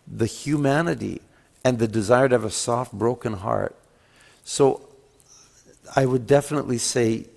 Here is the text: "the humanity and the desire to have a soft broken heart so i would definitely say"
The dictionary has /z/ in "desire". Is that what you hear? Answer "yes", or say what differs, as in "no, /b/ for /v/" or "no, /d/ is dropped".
yes